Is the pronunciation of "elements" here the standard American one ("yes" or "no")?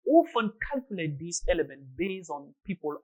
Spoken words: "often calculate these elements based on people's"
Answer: no